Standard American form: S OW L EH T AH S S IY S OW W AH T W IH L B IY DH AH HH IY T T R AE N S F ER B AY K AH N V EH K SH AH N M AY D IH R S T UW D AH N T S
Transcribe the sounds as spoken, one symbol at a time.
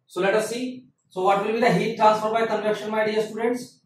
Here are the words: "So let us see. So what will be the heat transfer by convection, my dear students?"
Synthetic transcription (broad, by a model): S OW L EH T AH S S IY S OW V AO T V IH L B IY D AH HH IY T T R AE N S F ER B AY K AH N EH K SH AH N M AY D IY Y S T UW D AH N T S